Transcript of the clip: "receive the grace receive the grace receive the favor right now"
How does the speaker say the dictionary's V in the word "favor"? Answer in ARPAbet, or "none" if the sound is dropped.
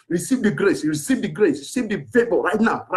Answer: B